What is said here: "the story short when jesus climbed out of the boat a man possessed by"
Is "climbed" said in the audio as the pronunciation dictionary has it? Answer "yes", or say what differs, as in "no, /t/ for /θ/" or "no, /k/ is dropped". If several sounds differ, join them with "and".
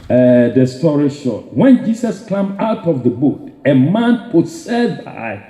no, /d/ is dropped